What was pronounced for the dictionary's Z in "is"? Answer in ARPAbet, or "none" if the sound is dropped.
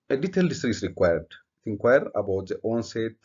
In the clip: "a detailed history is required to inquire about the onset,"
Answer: S